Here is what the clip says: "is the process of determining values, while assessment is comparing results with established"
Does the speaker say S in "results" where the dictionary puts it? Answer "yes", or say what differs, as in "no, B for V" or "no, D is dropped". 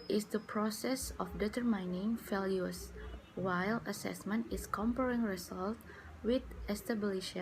no, S is dropped